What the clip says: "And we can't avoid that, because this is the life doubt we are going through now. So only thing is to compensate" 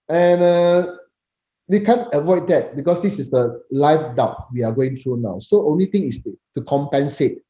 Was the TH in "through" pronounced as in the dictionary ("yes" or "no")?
no